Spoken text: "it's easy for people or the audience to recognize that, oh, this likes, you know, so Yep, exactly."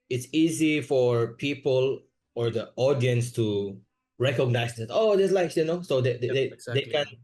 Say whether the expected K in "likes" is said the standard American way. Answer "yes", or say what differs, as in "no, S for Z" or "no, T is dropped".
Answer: no, K is dropped